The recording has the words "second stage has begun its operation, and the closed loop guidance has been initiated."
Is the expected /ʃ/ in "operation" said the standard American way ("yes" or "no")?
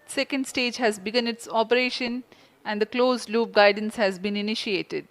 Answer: yes